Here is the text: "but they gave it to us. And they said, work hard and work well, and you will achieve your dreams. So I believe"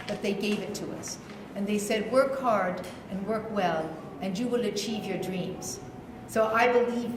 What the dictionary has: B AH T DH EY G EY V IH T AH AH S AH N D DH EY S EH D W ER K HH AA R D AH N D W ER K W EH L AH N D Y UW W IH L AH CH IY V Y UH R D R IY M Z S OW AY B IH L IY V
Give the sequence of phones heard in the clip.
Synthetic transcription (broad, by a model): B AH T DH EY G EY V IH T AH AH S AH N DH EY S EH D W ER K HH AA R D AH N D W ER K W EH L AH N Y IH W IH L AH CH IY V Y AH R D R IY M Z S OW AY B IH L IY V